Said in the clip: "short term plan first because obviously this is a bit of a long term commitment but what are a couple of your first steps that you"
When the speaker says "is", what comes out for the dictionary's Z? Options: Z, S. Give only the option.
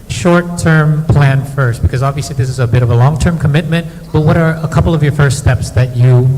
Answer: Z